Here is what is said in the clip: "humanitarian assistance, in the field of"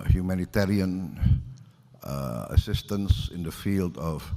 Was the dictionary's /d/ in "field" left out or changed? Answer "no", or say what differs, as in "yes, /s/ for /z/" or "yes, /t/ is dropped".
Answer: no